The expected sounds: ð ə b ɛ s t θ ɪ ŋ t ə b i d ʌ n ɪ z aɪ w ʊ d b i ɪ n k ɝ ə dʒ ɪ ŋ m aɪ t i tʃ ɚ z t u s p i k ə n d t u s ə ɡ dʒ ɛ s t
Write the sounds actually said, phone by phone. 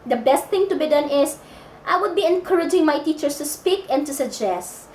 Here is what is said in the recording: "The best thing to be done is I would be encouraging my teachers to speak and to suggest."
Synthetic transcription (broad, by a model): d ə b ɛ s t θ ɪ ŋ t ə b i d ʌ n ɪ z aɪ w ʊ d b i ɪ n k ɝ ə dʒ ɪ ŋ m aɪ t i tʃ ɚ s t u s p i k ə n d t u s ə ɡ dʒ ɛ s t